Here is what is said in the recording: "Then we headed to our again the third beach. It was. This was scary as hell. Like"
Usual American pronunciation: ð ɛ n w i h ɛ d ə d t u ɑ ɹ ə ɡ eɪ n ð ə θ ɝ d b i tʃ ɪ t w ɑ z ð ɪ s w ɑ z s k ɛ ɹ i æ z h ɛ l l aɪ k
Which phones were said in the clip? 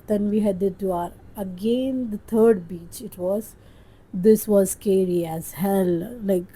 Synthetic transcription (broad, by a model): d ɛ n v i h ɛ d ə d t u ɑ ɹ ə ɡ eɪ n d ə t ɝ d b i tʃ ɪ t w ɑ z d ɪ s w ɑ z s k ɛ ɹ i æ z h ɛ l l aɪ k